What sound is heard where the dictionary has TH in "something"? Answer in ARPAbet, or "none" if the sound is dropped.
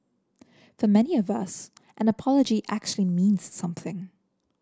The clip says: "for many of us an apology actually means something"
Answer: TH